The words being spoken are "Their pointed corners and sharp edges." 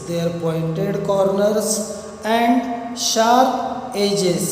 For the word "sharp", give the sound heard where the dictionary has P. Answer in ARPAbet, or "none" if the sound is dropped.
none